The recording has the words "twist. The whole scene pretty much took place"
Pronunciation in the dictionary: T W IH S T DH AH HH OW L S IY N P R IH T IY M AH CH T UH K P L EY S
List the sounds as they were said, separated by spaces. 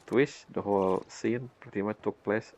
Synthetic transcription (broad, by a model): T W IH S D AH HH OW L S IY N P AH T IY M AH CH T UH K P L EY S